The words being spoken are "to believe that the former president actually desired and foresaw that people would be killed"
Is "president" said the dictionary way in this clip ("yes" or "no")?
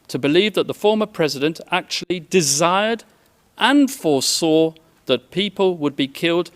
yes